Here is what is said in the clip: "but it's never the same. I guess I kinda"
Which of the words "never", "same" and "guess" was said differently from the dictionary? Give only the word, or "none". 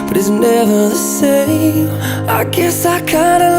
same